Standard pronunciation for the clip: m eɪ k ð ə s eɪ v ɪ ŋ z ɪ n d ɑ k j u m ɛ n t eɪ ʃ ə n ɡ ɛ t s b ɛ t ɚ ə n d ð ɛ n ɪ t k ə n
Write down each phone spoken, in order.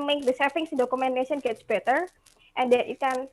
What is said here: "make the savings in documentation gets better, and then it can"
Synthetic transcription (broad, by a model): m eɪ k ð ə s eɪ f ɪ ŋ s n d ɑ k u m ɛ n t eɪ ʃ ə n ɡ ɛ t s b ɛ t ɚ ə n d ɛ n ɪ t k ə n